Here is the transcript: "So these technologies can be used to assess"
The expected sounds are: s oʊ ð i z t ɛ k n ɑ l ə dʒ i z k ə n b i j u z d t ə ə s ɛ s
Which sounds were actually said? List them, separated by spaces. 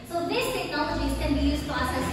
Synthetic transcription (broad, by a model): s oʊ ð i s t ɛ k n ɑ l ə dʒ i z k ə n b i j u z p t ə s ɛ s